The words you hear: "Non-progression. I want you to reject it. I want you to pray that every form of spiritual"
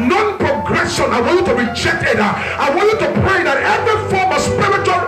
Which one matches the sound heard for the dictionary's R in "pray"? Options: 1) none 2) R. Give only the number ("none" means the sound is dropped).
2